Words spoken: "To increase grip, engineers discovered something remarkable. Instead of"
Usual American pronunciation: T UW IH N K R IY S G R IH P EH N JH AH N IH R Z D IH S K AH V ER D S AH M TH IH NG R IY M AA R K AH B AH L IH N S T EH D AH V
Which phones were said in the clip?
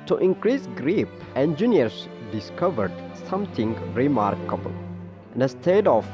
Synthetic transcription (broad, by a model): T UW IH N K R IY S G R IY P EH N JH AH N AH R S D IH S K AH V ER D S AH M T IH NG R IY M AA R K AH B AH L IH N S T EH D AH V